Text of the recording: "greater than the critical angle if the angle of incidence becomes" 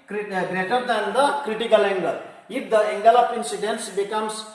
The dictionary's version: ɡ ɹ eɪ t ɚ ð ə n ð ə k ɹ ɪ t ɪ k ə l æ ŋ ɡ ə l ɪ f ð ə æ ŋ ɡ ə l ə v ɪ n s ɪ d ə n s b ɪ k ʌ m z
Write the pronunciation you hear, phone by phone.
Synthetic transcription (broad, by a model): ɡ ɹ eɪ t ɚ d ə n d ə k ɹ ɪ t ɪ k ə l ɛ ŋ ɡ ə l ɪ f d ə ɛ ŋ ɡ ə l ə p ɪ n s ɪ d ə n s b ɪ k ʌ m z